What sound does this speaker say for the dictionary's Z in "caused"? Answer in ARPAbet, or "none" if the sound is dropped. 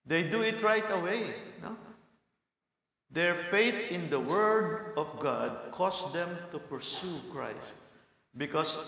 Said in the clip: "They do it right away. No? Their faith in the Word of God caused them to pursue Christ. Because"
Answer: S